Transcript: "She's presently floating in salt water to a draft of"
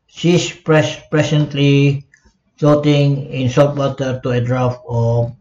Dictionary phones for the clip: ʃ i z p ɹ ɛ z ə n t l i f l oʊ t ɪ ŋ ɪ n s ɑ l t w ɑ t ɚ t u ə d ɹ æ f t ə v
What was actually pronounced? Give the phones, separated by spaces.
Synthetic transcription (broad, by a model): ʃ i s p ɹ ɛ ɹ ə n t l i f oʊ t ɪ ŋ ɪ n s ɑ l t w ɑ t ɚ t u ə d ɹ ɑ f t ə